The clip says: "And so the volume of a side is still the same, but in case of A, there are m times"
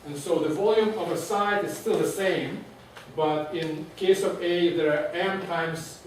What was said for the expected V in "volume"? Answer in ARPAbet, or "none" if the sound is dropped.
V